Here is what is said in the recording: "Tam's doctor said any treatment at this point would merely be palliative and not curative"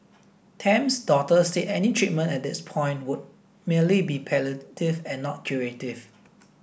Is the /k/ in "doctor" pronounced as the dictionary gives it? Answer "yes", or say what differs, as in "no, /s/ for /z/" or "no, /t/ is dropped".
no, /k/ is dropped